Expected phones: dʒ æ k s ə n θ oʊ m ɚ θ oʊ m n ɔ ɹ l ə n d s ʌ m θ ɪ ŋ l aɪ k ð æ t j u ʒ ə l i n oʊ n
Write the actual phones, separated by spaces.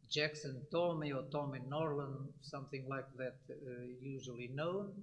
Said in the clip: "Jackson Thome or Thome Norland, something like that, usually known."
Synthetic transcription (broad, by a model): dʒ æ k s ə n t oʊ m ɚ t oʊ m n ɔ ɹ l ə n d s ʌ m θ ɪ ŋ l aɪ k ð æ t j u ʒ ə l i n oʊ n